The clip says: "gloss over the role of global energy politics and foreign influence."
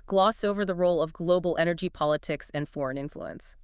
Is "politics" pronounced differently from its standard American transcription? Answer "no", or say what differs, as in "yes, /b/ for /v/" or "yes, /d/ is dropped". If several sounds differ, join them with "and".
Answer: no